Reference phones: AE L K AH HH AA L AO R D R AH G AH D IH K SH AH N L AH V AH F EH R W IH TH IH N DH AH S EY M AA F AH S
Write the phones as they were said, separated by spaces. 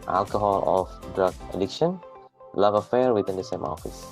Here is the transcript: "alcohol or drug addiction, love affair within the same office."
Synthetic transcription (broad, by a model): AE L K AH HH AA L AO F D R AH G AH D IH K SH AH N L AH V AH F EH R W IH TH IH N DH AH S EY M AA F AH S